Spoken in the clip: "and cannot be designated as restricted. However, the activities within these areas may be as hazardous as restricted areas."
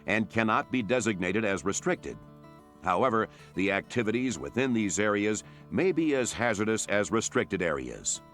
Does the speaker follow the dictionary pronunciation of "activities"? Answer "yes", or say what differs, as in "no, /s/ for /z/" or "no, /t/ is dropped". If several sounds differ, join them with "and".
yes